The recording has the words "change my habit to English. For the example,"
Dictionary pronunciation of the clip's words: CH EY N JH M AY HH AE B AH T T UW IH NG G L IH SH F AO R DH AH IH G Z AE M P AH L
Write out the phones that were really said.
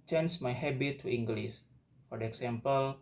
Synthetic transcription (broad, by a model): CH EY N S M AY HH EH B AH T T UW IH NG G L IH S F AO R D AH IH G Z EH M P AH L